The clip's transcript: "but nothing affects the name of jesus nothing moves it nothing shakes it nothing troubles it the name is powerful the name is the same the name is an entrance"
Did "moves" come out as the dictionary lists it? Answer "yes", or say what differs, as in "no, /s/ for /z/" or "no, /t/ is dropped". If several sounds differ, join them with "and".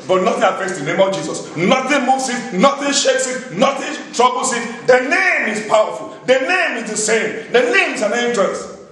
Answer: no, /s/ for /z/